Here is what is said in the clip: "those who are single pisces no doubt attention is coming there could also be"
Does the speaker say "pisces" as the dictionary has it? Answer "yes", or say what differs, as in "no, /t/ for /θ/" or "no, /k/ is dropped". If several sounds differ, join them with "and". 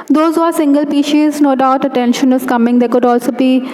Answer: no, /ʃ/ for /s/